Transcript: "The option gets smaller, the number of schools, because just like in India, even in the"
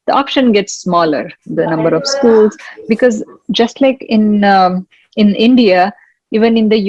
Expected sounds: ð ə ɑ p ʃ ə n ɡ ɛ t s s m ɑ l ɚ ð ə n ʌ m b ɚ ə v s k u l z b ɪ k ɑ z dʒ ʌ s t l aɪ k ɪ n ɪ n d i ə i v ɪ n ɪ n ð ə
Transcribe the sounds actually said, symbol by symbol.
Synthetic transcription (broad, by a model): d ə ɑ p ʃ ə n ɡ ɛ t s s m ɑ l ɚ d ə n ʌ m b ɚ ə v s k u l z b ɪ k ɑ z dʒ ʌ s t l aɪ k ɪ n ɪ n d i ə i v ɪ n ɪ n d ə